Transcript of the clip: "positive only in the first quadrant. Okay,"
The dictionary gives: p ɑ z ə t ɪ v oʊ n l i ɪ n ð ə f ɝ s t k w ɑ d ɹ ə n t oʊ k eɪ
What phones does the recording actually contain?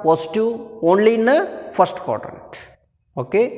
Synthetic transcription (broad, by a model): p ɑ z t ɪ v oʊ n l i ɪ n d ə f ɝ s t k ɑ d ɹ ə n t oʊ k eɪ